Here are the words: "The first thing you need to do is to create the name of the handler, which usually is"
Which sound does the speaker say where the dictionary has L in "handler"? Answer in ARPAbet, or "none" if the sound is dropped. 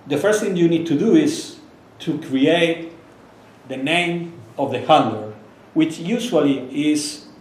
none